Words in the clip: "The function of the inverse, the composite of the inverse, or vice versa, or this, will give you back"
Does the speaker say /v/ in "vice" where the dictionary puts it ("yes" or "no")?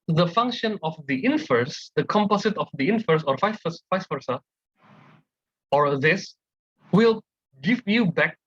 no